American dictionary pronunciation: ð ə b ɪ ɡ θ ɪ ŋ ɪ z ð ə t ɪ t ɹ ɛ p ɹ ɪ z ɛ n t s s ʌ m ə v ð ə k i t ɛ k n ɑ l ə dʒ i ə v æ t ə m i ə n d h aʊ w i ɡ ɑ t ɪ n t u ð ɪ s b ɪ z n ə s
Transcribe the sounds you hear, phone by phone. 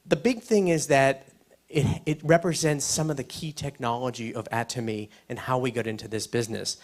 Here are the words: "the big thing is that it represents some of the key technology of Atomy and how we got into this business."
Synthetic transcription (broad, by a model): ð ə b ɪ ɡ θ ɪ ŋ ɪ z ð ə t ɪ t ɹ ɛ p ɹ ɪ z ɛ n t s s ʌ m ə v ð ə k i t ɛ k n ɑ l ə dʒ i ə v æ t ə m i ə n h aʊ w i ɡ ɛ t ɪ n t u ð ɪ s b ɪ z n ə s